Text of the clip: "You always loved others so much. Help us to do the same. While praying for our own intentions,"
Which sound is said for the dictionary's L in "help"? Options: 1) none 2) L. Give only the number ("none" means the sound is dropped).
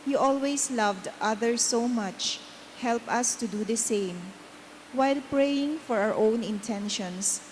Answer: 2